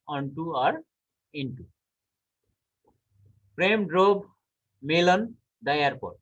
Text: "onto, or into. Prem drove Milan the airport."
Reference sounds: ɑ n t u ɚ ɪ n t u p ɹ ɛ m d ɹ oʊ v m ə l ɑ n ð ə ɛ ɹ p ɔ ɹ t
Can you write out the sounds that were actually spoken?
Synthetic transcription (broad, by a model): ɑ n t u ɚ ɪ n t u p ɹ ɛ m d ɹ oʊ b m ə l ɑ n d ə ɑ ɹ p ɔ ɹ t